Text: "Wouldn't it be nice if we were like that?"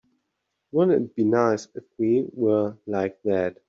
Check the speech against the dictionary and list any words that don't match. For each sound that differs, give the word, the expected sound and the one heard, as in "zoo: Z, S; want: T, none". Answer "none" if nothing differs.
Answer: wouldn't: T, none